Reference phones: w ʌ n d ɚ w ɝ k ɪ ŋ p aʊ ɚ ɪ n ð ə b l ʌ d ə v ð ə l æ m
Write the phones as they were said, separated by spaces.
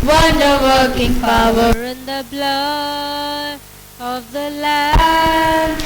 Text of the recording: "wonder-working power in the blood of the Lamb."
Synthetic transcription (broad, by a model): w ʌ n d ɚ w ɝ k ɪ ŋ p aʊ ɚ ɪ n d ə b l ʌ ə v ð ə l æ